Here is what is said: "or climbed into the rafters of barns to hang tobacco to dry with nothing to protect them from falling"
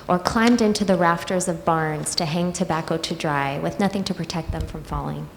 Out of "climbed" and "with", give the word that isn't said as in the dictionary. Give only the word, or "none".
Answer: none